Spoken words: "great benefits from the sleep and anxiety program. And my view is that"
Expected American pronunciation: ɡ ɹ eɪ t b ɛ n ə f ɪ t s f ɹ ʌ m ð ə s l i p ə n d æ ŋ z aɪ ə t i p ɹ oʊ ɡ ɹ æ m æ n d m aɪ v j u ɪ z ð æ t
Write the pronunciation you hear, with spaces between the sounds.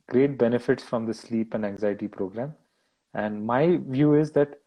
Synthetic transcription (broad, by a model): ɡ ɹ eɪ t b ɛ n ə f ɪ t s f ɹ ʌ m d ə s l i p ə n d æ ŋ z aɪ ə t i p ɹ oʊ ɡ ɹ æ m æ n d m aɪ v j u ɪ z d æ t